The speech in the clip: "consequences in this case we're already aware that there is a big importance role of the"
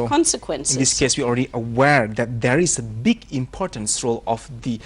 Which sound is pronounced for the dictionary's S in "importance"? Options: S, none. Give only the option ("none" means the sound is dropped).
S